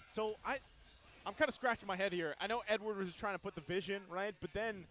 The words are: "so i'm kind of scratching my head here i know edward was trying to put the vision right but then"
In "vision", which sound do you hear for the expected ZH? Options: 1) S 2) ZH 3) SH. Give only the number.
2